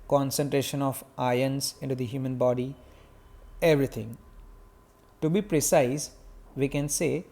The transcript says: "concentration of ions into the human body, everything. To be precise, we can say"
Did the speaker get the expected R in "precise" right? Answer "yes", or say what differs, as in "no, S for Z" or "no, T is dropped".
yes